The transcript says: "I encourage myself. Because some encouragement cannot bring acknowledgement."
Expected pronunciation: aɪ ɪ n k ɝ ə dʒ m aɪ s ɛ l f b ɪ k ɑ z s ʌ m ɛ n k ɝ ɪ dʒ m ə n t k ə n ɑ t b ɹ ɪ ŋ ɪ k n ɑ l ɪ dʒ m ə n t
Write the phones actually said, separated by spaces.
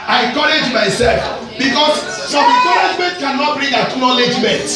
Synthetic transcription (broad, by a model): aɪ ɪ k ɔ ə dʒ m aɪ s ɛ l f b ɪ k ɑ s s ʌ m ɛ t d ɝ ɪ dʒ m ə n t k ə n ɑ t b ɹ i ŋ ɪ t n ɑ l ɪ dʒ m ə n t